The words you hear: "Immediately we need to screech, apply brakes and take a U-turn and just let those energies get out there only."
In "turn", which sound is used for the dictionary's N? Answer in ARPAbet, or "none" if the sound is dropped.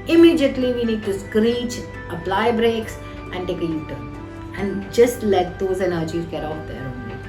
none